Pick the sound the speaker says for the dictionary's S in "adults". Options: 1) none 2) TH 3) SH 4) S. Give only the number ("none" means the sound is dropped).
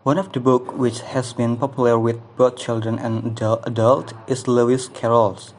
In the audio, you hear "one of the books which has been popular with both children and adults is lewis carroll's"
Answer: 1